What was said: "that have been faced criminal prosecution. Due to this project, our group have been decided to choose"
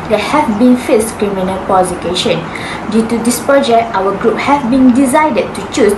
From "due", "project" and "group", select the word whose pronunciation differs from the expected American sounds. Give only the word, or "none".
project